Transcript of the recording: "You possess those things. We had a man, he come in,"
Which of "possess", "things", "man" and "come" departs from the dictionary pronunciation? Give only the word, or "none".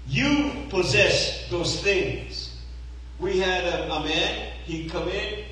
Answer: none